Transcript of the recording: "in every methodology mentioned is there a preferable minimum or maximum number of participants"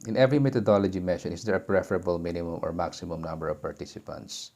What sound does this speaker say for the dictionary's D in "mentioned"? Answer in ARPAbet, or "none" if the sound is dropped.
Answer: none